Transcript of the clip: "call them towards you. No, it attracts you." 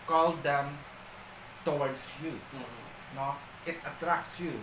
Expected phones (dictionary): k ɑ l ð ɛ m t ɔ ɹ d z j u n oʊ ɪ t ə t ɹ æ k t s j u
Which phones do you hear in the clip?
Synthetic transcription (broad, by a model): k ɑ l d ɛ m t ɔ w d s j u n oʊ ɪ t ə t ɹ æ k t s j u